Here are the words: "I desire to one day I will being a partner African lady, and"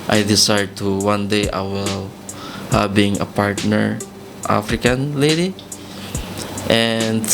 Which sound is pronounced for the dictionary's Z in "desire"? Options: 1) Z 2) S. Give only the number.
2